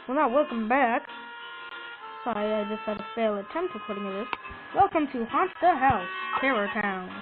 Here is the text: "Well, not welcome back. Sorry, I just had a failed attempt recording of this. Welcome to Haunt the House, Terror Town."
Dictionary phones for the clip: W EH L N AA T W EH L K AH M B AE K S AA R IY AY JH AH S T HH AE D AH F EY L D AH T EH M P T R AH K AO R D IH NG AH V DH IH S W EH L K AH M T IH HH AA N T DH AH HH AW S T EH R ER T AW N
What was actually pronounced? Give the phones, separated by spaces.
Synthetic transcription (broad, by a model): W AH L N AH T W EH L K AH M B AE K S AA IY AY JH AH S T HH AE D AH F EY L AH T EH M P T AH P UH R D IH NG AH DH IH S W EH L K AH M T IH HH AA N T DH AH HH AW S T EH R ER T AW N